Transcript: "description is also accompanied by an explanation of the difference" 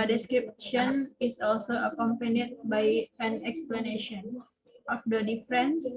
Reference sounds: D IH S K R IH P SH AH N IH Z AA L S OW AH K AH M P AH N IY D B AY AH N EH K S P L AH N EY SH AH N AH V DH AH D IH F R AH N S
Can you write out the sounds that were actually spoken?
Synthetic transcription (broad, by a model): D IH S K R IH P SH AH N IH S AA L S OW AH K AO M P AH N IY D B AY AH N EH K S P L AH N EY SH AH N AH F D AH D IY F R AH N S